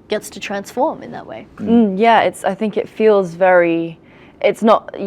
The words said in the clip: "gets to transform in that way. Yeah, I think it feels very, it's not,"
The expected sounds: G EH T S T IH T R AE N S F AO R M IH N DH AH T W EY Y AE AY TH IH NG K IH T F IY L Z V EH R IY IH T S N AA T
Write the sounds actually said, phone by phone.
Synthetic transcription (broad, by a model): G EH T S T IH T R AE N S F AO R M IH N DH AH T W EY Y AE AY TH IH NG K IH T F IY L Z V EH R IY IH T S N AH T